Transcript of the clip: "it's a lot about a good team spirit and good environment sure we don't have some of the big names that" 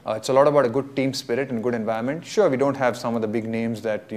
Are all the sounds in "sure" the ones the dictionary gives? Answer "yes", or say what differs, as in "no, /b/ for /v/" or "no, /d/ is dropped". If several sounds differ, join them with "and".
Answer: yes